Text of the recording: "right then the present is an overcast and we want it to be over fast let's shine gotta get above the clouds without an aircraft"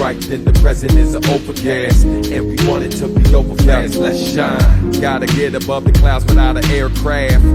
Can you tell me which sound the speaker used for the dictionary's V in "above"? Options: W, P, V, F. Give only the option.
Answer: V